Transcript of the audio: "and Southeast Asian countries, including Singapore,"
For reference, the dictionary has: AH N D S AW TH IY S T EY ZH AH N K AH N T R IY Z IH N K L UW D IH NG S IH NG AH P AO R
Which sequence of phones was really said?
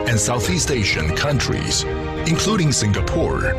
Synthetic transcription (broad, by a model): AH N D S AW TH IY S T EY SH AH N K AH N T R IY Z IH N K L UW D IH NG S IH NG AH P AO R